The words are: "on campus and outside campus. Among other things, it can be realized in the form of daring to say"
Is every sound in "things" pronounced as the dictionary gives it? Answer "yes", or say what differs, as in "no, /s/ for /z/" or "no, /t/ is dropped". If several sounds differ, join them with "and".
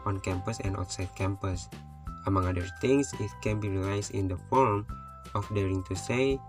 no, /t/ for /θ/ and /s/ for /z/